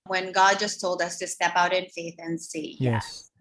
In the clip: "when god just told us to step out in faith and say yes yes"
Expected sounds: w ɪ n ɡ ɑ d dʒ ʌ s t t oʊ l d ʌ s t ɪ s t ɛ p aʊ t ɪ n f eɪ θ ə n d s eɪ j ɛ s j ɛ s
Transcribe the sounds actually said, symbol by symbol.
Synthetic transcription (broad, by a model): w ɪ n ɡ ɑ d dʒ ʌ s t t oʊ l d ʌ s t ɪ s t ɛ p aʊ t ɪ n f eɪ θ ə n s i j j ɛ